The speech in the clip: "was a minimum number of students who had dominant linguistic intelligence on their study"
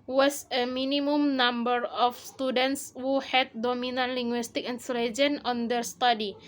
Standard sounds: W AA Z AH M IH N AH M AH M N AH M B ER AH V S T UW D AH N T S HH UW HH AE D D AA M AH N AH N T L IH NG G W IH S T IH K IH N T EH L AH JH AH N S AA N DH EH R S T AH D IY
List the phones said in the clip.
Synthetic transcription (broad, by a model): W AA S AH M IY N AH M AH M N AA M B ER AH F S T UW D AH N T S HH UW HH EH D D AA M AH N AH N L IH NG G W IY S T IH K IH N S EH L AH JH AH N AA N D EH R S T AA D IY